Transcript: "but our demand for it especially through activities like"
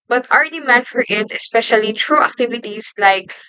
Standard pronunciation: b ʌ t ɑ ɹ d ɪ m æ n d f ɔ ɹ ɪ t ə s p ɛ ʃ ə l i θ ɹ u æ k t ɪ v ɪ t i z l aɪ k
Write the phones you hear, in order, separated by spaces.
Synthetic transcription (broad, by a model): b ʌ t ɑ ɹ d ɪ m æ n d f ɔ ɹ ɪ t ə s p ɛ ʃ ə l i t ɹ u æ k t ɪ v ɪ t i s l aɪ k